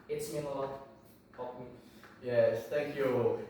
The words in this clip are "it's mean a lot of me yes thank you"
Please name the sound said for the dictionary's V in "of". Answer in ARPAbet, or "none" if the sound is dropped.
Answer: P